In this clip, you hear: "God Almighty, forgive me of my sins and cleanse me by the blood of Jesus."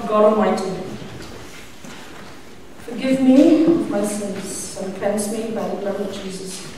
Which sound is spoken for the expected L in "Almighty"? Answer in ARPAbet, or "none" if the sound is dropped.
none